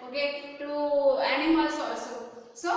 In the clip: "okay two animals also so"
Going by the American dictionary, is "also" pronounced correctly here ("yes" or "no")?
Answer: no